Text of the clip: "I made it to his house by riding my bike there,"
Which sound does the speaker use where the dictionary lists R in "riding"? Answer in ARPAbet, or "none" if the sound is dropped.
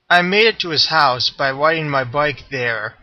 W